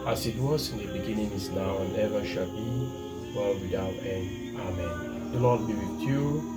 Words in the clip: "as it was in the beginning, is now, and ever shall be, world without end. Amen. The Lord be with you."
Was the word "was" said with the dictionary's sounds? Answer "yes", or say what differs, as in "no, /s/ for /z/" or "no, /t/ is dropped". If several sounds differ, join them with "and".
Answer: no, /s/ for /z/